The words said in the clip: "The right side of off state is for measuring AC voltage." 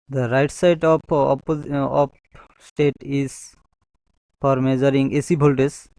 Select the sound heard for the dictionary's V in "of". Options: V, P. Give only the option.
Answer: P